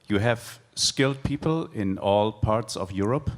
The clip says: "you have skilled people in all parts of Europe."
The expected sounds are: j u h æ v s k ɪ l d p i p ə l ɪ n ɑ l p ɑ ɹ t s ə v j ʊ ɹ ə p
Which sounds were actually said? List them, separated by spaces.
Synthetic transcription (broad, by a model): j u h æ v s k ɪ l d p i p ə l ɪ n ɑ l p ɑ ɹ t s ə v j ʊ ɹ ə p